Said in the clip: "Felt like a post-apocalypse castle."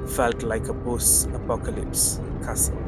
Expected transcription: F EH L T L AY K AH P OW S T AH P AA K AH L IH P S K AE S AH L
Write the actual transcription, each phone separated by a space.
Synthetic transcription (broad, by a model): F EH L T L AY K AH B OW S AH P AA K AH L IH P S K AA S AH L